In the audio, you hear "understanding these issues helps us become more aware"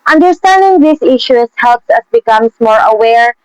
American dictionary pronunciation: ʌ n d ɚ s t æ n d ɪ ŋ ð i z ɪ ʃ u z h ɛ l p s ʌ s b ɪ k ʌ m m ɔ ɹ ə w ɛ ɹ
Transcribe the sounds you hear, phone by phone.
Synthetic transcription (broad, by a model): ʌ n d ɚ s t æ n d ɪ ŋ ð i s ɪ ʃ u s h ɛ l p s ʌ s b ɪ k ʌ m m ɔ ɹ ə w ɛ ɹ